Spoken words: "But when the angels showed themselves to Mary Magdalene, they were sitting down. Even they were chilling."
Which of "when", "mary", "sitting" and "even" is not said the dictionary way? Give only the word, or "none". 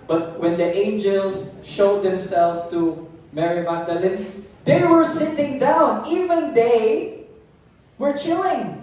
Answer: none